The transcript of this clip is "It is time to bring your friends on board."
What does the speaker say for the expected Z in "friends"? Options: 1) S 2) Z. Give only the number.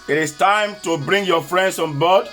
1